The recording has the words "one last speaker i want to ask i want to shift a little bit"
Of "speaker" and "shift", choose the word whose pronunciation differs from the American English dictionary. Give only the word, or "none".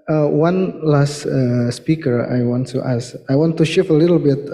shift